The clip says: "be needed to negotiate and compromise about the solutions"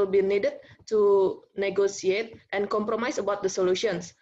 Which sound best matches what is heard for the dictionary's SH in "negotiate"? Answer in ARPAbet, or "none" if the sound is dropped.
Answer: S